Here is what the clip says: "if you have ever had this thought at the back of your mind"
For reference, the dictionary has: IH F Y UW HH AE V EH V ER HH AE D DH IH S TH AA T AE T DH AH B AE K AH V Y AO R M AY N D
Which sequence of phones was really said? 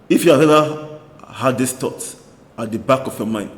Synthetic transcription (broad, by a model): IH F Y UW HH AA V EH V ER HH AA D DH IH S T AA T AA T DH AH B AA K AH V Y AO M AY N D